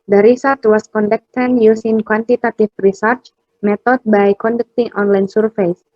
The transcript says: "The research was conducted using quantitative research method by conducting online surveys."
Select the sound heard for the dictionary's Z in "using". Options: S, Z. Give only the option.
S